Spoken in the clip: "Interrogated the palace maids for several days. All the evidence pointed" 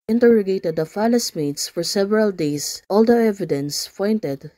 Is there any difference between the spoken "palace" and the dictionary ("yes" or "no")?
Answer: yes